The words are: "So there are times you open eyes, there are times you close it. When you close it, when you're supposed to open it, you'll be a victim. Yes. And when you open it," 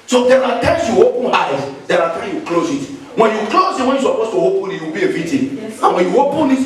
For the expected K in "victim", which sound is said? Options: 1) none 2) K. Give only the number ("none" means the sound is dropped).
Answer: 1